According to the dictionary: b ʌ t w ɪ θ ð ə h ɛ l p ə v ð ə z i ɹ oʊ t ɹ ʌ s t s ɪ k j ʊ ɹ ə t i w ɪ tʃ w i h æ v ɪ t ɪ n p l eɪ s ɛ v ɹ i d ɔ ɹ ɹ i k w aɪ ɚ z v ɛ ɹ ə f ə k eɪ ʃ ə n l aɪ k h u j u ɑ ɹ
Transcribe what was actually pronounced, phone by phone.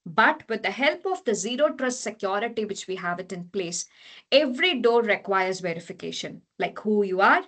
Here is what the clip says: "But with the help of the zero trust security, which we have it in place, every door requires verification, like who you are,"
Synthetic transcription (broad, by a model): b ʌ t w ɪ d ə h ɛ l p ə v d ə z i ɹ oʊ t ɹ ʌ s t s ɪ k j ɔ ɹ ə t i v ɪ tʃ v i h æ v ɪ t ɪ n p l eɪ s ɛ v ɹ i d ɔ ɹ ɹ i k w aɪ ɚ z v ɛ ɹ ə f ə k eɪ ʃ ə n l aɪ k h u j u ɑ ɹ